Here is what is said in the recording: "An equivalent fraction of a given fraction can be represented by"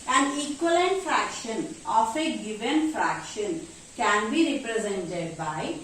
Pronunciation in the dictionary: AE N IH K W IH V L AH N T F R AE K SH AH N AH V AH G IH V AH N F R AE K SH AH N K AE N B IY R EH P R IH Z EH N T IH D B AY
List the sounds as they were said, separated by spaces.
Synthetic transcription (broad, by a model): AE N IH K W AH L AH N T F R AE K SH AH N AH F AH G IH V AH N F R AE K SH AH N K AE N B IY R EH P R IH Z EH N T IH D B AY